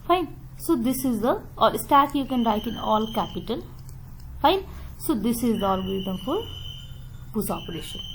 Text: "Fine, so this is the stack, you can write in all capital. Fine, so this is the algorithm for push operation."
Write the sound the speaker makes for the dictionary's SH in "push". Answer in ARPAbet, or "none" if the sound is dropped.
S